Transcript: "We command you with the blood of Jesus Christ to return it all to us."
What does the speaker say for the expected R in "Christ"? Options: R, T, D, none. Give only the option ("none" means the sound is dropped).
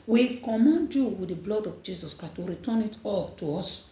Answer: none